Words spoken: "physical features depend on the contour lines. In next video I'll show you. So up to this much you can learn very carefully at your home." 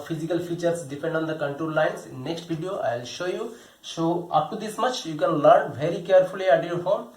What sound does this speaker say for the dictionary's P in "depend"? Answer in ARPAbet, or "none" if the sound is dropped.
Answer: P